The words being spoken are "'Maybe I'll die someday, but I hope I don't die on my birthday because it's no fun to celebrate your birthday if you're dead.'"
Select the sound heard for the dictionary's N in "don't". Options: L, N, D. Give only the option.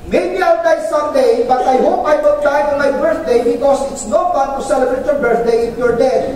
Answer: L